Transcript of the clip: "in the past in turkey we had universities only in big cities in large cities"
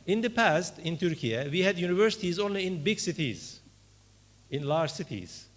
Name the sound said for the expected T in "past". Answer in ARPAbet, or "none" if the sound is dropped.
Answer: T